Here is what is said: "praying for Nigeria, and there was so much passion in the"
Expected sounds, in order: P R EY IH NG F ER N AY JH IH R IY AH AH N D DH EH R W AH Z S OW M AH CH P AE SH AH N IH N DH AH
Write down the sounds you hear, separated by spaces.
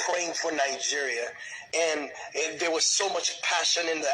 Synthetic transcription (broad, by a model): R EY IH NG F ER N AY JH IH R IY AH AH N DH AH R W AH Z S OW M AH CH P AE SH AH N IH N DH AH